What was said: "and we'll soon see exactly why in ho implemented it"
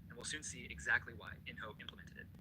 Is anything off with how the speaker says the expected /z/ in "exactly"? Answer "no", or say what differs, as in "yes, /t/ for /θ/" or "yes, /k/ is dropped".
no